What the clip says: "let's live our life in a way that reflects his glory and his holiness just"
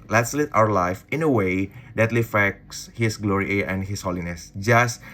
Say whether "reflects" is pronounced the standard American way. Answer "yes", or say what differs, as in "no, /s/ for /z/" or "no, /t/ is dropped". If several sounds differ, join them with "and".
no, /l/ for /ɹ/ and /l/ is dropped